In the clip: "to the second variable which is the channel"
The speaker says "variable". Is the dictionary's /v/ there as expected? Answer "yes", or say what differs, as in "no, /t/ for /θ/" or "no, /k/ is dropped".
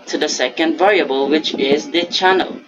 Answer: yes